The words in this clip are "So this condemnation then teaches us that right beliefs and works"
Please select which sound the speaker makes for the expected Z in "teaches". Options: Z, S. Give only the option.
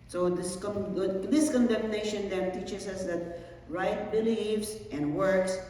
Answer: S